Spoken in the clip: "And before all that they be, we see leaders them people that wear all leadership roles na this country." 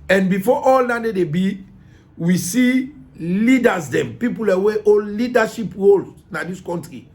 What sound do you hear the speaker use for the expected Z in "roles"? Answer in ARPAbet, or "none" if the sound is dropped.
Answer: none